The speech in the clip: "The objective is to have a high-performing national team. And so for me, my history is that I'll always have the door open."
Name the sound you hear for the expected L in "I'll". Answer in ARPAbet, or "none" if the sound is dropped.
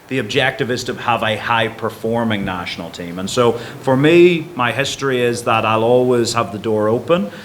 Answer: L